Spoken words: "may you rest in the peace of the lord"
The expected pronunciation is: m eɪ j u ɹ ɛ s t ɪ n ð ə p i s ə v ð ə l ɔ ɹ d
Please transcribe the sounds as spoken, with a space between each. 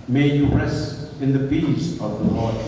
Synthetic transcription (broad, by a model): m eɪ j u ɹ ɛ s t ɪ n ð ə b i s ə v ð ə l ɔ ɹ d